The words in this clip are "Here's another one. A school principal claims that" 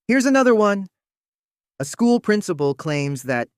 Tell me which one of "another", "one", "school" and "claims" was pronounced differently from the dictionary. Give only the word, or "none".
none